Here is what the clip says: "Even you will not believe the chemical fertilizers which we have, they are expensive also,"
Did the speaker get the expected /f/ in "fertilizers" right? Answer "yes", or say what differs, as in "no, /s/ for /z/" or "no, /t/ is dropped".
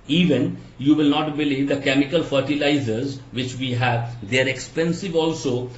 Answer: yes